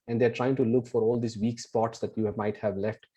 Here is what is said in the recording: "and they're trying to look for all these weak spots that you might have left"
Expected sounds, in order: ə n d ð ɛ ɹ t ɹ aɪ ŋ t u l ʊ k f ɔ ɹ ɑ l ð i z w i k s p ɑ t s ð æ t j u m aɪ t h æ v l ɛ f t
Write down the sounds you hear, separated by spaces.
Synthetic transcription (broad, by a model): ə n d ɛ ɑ ɹ t ɹ aɪ ŋ t u l ʊ k f ɔ ɹ ɑ l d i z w i k s p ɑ t s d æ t j u m aɪ t h æ v l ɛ f t